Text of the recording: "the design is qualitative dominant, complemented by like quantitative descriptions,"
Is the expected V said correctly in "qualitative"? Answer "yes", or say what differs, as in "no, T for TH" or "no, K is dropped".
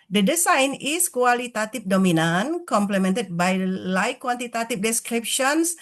no, F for V